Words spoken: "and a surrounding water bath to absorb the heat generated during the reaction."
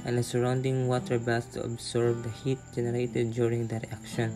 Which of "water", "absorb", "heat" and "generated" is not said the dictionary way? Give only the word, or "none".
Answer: absorb